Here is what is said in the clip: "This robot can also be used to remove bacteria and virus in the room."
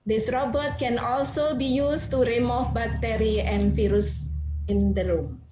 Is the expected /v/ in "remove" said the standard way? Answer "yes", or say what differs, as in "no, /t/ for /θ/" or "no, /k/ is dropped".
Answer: no, /f/ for /v/